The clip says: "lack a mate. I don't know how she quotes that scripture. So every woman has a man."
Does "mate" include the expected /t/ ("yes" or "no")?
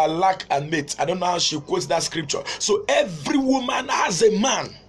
yes